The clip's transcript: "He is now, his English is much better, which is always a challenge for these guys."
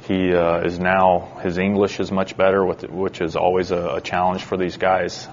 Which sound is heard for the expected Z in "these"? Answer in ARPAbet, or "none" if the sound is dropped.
Z